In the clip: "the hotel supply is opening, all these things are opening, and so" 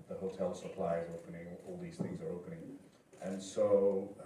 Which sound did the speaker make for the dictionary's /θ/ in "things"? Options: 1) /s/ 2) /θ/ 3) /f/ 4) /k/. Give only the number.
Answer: 2